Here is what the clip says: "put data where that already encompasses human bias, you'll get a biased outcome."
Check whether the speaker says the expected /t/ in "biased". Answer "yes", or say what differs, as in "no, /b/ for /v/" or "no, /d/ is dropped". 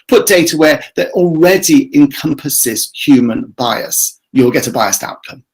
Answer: yes